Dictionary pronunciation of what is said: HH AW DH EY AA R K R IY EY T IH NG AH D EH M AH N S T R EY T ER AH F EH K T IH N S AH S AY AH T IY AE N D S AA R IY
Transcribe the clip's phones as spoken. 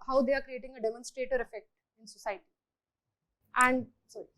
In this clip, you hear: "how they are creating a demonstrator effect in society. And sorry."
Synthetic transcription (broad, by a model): HH AW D EY AA R K R IY EY T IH NG AH D EH M AH N S T R EY T ER AH F EH K T IH N S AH S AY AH T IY AE N D S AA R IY